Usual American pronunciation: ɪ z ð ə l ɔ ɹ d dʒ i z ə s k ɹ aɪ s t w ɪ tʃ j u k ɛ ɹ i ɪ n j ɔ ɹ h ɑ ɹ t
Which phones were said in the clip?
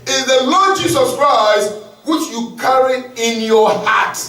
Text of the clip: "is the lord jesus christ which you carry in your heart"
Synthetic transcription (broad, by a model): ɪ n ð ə l ɔ d dʒ i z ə s k ɹ aɪ s t w ɪ tʃ j u k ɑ ɹ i ɪ n j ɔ h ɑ t